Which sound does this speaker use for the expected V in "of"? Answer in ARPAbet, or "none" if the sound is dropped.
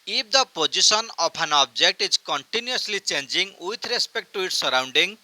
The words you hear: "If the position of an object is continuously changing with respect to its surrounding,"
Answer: P